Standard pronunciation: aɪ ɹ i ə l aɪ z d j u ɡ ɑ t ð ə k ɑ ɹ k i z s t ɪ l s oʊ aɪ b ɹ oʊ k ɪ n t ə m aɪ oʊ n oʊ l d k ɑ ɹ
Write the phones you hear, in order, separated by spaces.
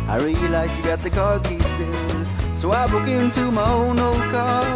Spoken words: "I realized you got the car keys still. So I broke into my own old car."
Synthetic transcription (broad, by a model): aɪ ɹ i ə l aɪ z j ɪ ɡ ɑ t ð ə k ɑ ɹ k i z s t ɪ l s oʊ aɪ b oʊ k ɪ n t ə m aɪ oʊ n oʊ l d k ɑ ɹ